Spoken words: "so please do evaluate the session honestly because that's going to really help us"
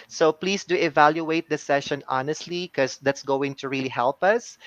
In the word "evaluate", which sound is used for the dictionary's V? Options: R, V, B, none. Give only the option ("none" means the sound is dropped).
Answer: V